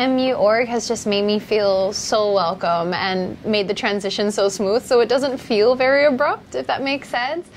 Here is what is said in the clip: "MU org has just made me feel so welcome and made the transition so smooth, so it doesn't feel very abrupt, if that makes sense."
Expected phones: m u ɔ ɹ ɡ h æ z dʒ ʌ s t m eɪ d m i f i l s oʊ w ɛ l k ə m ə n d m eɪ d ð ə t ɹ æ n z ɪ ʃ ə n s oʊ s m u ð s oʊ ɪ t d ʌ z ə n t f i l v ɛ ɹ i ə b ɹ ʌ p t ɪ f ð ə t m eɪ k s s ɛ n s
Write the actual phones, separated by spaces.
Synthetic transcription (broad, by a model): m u ɔ ɹ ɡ h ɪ z dʒ ʌ s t m eɪ d m i f i l s oʊ w ɛ l k ə m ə n m eɪ d ð ə t ɹ æ n z ɪ ʃ ə n s oʊ s m u ð s oʊ ɪ t d ʌ z ə n t f i l v ɛ ɹ i ə b ɹ ʌ p t ɪ f ð ə t m eɪ k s s ɛ n s